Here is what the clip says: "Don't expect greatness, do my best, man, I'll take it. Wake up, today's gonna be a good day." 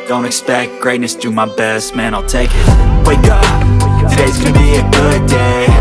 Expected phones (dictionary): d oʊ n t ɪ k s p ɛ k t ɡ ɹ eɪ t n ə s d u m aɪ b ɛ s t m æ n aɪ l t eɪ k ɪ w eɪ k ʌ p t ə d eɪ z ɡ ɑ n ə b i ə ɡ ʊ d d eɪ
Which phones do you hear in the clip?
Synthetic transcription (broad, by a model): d oʊ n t ɪ k s p ɛ k t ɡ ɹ eɪ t n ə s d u m aɪ b ɛ s t m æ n aɪ l t eɪ k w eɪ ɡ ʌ t ə d eɪ z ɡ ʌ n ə b i ə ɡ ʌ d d eɪ